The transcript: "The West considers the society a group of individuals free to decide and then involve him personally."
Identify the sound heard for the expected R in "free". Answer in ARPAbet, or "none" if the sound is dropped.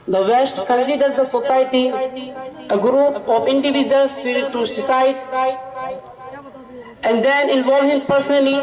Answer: none